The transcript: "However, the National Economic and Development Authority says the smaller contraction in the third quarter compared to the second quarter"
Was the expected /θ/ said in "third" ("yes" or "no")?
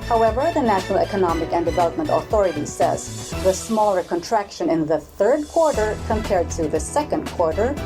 yes